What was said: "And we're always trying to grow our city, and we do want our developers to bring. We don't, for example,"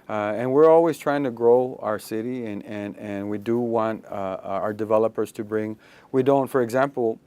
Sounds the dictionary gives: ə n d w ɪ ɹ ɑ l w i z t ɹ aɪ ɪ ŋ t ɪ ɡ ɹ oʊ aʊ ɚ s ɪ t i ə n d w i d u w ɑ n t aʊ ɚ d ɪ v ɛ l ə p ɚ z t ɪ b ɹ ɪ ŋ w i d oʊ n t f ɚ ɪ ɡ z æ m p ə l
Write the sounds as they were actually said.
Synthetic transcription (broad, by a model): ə n w ɪ ɹ ɑ l w i z t ɹ aɪ ɪ ŋ t ɪ ɡ ɹ oʊ aʊ ɚ s ɪ t i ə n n w i d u w ɑ n t aʊ ɚ d ɪ v ɛ l ə p ɚ z t ɪ b ɹ ɪ ŋ w i d oʊ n t f ɚ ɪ ɡ z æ m p l